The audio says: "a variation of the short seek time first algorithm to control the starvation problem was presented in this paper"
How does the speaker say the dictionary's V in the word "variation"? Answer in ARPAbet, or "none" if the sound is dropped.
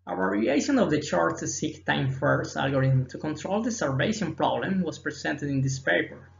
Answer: W